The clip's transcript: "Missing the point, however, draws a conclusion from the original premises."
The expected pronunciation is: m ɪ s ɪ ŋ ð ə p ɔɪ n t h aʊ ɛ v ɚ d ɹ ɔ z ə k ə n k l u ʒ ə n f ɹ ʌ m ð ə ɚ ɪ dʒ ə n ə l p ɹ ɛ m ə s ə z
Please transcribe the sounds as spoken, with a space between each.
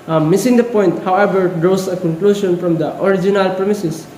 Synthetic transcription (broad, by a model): m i s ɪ ŋ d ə p ɔɪ n t h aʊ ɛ b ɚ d ɹ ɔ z ə k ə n k l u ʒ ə n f ɹ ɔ m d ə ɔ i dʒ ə n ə l p ɹ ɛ m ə s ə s